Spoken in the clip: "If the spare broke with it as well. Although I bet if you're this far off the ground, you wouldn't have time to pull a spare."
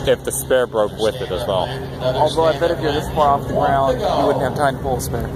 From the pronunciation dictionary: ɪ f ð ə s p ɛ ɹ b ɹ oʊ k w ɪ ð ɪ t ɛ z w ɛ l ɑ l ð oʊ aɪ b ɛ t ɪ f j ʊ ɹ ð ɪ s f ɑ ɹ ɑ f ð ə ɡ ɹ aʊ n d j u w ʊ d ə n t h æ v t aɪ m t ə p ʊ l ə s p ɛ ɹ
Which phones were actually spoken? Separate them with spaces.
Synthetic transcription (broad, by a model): ɪ f ð ə s p ɛ ɹ b ɹ oʊ k w ɪ ð ɪ t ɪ z w ɛ l ɑ l ð oʊ aɪ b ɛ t ɪ f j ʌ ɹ ð ɪ s p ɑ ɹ ɑ f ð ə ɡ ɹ aʊ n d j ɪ w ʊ d n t h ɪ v t aɪ m t ə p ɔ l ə s p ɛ ɹ